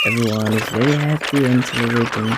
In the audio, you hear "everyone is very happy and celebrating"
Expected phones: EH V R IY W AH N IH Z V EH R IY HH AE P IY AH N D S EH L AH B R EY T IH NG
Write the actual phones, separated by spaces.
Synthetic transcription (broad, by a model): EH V R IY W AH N IH Z W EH IY HH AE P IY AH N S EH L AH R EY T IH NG